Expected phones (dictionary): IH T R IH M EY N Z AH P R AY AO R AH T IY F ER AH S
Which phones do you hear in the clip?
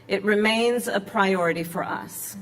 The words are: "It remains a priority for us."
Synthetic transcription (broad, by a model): IH T R IH M EY N Z AH P R AY AO R AH T IY F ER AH S